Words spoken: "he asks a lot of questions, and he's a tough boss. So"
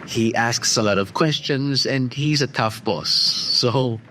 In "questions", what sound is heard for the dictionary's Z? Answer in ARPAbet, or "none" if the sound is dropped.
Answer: Z